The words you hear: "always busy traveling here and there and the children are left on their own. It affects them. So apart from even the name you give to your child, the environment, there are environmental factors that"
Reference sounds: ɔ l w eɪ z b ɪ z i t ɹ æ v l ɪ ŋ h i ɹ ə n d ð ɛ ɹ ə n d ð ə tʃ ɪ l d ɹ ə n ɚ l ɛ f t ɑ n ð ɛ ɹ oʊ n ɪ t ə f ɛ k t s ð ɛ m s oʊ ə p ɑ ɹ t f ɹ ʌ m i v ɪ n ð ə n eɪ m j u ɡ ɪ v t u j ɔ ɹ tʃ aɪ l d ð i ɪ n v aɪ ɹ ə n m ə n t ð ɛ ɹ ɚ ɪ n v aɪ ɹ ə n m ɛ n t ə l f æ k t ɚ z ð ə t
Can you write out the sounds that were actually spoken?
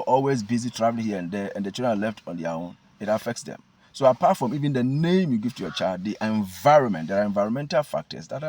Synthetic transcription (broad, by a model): ɔ l w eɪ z b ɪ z i t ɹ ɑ v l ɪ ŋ h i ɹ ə n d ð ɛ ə n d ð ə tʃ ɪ d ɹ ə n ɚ l ɛ f t ɑ n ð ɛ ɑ oʊ n ɪ t ə f ɛ k t s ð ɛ m s oʊ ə p ɑ t f ɹ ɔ m i v ɪ n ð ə n eɪ m j u ɡ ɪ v t u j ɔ tʃ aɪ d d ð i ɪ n v aɪ ɹ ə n m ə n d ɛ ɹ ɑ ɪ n v aɪ ɹ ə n m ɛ n t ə l f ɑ k t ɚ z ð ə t